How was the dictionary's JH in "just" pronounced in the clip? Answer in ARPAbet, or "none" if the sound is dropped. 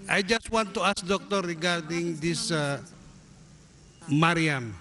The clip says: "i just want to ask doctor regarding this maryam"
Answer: JH